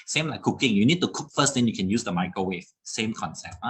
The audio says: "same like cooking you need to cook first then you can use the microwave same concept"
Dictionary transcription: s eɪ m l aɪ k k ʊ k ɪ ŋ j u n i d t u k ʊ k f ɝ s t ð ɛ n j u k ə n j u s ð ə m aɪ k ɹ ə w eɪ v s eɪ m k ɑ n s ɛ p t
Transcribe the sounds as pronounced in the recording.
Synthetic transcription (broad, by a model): s eɪ m l aɪ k k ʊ k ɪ ŋ j u n i d t u k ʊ k f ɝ s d ɛ n j u k ə n j u s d ə m aɪ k ə w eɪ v s eɪ m k ɑ n s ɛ p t